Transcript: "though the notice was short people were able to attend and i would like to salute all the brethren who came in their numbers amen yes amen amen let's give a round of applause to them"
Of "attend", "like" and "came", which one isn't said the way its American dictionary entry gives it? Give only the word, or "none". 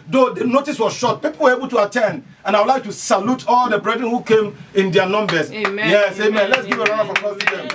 none